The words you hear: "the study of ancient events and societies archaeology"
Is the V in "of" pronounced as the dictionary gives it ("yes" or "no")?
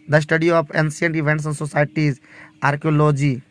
no